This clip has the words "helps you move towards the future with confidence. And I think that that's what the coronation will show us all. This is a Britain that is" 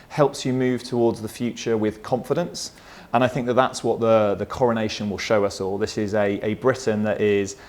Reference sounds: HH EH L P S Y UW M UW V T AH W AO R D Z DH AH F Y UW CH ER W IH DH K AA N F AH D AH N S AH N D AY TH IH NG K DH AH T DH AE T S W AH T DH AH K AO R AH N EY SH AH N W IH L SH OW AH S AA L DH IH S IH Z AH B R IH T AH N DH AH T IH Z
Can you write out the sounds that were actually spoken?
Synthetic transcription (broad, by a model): HH EH L P S Y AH M UW V T AH W AO D Z DH AH F Y UW CH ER W IH DH K AA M F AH D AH N S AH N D AY TH IH NG K DH AH T DH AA T S W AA T DH AH K AO R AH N EY SH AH N W IH L SH OW AH S AA L DH IH S IH Z AH B R IH T N DH AH T IH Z